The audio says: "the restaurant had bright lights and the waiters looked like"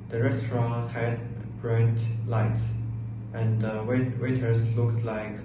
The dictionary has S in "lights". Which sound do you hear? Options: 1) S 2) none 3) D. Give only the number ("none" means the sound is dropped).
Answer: 1